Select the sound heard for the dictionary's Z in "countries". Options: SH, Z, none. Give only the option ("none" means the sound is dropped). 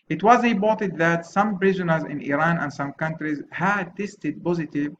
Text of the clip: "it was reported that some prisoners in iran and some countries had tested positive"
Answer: Z